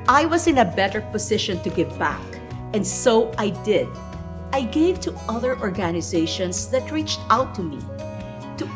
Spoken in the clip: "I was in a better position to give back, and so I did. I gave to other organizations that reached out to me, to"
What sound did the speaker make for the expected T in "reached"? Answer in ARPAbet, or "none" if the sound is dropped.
T